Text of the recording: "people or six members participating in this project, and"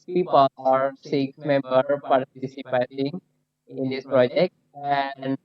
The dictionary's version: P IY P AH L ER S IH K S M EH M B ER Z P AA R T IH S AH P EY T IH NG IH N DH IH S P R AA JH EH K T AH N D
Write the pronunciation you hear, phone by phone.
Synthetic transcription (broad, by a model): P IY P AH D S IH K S M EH M B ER P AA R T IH S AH P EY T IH NG IH N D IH S P R AA JH EH K T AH N